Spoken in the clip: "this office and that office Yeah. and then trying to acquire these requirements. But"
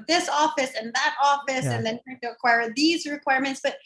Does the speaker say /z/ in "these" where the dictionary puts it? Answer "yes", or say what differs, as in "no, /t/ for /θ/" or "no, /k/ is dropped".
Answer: yes